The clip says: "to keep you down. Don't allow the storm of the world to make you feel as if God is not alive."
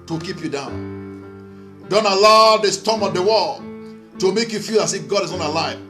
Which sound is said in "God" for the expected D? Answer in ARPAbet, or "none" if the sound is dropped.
D